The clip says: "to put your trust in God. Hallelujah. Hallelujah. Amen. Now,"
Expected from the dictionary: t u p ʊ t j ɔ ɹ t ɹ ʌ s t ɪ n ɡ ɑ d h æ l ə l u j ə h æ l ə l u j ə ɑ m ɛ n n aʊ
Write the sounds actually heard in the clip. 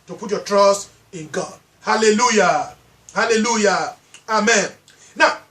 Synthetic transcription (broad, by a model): t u p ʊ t j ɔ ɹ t ɹ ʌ s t ɪ n ɡ ɑ d h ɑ l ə l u j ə h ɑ l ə l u j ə ɑ m ɛ n n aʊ